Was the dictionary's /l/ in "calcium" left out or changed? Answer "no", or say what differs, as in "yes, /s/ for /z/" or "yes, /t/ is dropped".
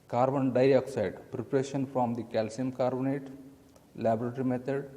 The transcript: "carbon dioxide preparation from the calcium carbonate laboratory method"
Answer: no